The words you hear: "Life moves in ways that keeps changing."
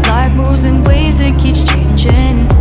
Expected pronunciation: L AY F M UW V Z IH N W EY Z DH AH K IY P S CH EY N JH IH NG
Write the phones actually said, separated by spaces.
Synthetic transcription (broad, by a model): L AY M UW Z IH N W EY Z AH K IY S CH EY N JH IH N